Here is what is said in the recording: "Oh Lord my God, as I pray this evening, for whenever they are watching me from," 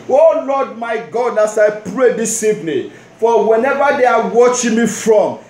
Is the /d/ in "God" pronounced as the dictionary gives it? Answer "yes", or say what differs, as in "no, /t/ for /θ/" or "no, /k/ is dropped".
yes